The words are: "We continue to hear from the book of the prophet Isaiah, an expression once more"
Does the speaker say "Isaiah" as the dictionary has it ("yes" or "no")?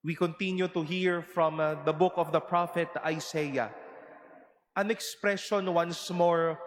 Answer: no